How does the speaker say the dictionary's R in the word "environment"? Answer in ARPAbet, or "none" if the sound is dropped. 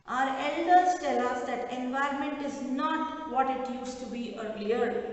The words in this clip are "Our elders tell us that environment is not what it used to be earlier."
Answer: R